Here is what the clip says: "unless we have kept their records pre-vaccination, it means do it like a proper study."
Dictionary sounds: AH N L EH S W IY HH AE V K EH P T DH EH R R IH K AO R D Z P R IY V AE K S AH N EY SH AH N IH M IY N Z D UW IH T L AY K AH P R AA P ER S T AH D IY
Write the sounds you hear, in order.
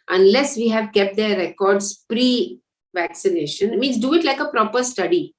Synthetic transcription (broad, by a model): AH N L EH S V IY HH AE V K EH P T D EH R R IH K AO R D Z P R IY V AE K S AH N EY SH AH N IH M IY N S D UW IH T L AY K AH P R AA P ER S T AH D IY